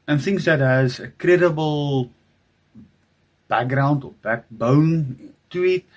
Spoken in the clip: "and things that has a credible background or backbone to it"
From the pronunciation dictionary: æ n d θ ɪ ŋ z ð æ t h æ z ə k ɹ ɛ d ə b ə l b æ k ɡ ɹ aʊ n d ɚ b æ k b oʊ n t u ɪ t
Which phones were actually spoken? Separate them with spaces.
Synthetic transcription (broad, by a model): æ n θ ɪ ŋ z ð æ t h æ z ə k ɹ ɛ d ə b ə l b æ k ɡ ɹ aʊ n d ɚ b æ k b oʊ n t u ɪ t